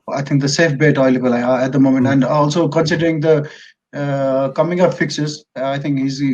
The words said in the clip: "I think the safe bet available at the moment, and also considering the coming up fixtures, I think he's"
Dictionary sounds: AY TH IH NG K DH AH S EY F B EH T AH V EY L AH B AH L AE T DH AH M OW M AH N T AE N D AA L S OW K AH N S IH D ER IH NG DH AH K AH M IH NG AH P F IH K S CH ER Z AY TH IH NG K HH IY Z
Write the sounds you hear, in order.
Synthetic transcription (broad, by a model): AY T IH NG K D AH S EY F B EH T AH IH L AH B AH L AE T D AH M OW M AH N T AE N D AA L S OW K AH N S IH D ER IH NG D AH K AH M IH NG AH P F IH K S ER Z AY T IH NG K HH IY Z